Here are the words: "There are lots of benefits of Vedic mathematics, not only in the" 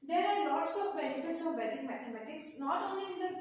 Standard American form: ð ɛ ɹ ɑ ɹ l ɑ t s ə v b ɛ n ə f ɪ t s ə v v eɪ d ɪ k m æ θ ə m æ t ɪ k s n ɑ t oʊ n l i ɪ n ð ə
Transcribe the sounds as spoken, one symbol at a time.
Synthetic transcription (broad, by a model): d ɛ ɹ ɑ ɹ l ɑ t s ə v b ɛ n ə f ɪ t s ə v b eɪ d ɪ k m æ t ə m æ t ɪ k s n ɑ t oʊ n l i ɪ n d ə